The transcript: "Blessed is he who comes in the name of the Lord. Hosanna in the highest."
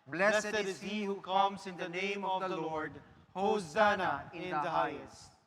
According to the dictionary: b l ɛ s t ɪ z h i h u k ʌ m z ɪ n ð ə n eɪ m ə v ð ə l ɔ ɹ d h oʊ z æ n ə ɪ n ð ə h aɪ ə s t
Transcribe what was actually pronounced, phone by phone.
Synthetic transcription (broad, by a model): b l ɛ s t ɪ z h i h u k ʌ m s ɪ n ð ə n eɪ m ə v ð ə l ɔ ɹ d h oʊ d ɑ n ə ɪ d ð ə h aɪ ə s t